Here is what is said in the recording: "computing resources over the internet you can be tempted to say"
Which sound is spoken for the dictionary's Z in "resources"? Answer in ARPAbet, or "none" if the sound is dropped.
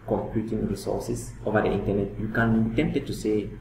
S